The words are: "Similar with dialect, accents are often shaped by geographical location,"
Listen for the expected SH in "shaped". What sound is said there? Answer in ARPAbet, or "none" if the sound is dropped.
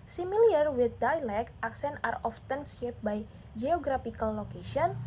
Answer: S